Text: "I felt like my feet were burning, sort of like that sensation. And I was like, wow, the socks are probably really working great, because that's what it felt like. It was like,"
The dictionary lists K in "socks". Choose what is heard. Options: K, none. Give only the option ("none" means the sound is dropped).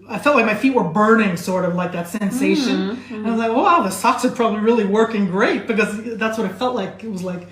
K